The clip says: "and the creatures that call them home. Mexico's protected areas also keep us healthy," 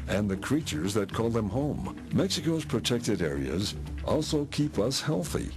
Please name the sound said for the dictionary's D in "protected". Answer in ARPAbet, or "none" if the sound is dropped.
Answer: D